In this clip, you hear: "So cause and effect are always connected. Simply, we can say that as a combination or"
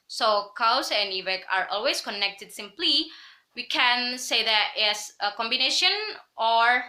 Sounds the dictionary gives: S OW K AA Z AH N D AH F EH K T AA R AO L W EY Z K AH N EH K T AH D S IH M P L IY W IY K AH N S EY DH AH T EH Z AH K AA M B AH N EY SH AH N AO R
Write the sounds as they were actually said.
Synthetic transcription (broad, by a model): S OW K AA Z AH N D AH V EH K AA R AO L W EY S K AH N EH K T AH D S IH M P L IY W IY K AH N S EY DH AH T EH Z AH K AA M B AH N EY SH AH N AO R